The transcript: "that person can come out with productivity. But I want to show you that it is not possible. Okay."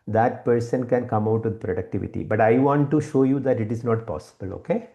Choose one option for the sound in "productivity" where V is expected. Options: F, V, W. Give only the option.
V